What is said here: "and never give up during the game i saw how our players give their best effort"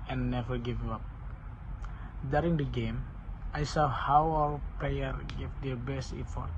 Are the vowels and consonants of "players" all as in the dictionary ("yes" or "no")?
no